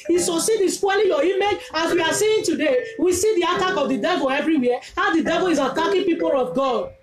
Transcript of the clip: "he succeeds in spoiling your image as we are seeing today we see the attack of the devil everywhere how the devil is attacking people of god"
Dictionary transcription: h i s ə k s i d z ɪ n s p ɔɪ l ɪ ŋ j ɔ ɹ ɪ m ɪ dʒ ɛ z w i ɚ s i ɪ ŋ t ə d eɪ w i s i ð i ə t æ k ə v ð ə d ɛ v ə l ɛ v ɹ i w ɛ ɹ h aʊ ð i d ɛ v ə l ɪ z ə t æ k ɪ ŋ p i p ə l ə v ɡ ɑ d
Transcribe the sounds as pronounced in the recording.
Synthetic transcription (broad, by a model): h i s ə s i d ɪ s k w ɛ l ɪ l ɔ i m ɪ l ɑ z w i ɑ s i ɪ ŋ t ə d eɪ w i s i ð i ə t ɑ k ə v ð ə d ɛ v ə l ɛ v ɹ i w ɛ h aʊ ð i d ɛ v ə l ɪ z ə t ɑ k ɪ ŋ p i p ə l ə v ɡ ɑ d